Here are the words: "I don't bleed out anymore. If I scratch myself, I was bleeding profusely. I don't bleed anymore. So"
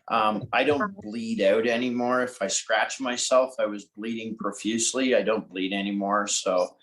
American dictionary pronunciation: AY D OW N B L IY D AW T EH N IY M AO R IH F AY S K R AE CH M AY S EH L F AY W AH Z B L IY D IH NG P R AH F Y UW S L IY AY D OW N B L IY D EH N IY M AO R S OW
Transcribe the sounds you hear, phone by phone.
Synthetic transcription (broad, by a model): AY D OW N B L IY D AW T EH N IY M AO R IH F AY S K R AE CH M AY S EH L F AY W AH Z B L IY D IH NG P R AH F Y UW S L IY AY D OW N B L IY D EH N IY M AO R S OW